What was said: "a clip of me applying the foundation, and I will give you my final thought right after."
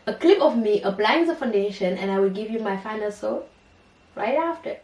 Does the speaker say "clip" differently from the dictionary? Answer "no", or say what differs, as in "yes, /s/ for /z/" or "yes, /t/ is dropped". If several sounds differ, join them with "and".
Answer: no